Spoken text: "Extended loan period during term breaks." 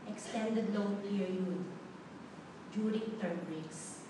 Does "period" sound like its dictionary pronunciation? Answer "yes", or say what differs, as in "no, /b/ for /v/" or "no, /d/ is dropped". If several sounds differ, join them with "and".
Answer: no, /ɹ/ is dropped